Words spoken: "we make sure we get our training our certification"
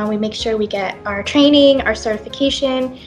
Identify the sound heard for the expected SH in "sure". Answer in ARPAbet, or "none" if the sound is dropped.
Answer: SH